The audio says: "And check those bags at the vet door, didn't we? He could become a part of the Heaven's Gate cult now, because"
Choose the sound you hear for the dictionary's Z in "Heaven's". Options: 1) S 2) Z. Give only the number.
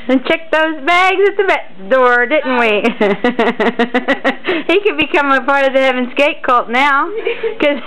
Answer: 2